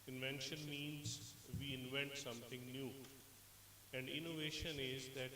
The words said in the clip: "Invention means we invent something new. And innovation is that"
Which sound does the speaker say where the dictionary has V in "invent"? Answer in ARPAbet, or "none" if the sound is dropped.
V